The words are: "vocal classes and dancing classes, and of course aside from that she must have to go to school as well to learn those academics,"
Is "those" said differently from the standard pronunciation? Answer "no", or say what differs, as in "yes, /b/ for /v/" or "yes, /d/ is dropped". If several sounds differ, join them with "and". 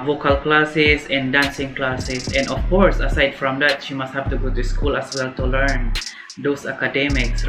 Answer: yes, /s/ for /z/